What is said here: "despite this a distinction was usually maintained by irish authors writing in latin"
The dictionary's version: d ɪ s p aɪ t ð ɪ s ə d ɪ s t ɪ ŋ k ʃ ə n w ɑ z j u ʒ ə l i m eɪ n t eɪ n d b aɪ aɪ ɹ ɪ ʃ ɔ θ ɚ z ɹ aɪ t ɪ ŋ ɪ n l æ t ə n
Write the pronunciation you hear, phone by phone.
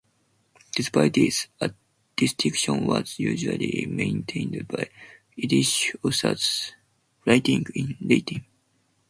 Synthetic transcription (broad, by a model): d ɪ s p aɪ t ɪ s ə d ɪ s t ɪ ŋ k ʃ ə n w ɑ z j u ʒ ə l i m eɪ n t eɪ n d b aɪ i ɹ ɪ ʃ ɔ s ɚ s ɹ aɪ t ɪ ŋ ɪ n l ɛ t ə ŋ